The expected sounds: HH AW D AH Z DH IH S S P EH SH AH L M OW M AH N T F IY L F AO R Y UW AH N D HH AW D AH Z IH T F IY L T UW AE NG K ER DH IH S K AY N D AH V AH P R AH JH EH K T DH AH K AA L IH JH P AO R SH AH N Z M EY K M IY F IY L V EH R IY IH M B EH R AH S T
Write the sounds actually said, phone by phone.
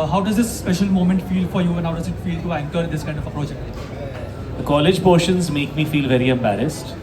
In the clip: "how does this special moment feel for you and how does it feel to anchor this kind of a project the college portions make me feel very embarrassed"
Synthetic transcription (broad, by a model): HH AW D AH Z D IH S S P EH SH AH L M OW M AH N T F IY L F AO R Y UW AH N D HH AW D AH Z IH T F IY L T UW AE NG K ER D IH S K AY N D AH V AH P R AH JH EH K T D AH K AA L IH JH P AO R SH AH N Z M EY K M IY F IY L V EH R IY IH M B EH R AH S T